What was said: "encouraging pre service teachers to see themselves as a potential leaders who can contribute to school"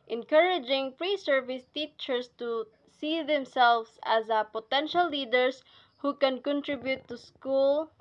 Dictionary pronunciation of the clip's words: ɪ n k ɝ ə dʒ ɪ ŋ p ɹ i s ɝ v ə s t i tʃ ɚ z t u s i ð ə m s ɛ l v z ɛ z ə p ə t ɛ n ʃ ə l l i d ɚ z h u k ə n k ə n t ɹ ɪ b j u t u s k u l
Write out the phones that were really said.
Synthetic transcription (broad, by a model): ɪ n k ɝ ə dʒ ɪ ŋ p ɹ i s ɝ v ə s t i tʃ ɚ s t u s i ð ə m s ɛ l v s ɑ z ə p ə t ɛ n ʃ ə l l i d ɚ s h u k ə n k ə n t ɹ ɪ b j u t u s k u l